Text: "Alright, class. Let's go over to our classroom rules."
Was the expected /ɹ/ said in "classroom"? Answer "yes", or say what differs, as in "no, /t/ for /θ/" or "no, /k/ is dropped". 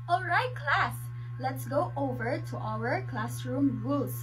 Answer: yes